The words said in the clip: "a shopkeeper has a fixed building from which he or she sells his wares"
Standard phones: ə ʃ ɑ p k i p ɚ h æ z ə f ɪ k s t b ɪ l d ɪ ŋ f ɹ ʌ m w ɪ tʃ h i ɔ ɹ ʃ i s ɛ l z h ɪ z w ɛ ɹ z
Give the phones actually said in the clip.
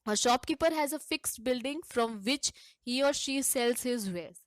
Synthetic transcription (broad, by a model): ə ʃ ɑ p k i p ɚ h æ z ə f ɪ k s t b ɪ l d ɪ ŋ f ɹ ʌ m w ɪ tʃ h i ɔ ɹ ʃ i s ɛ l z h ɪ z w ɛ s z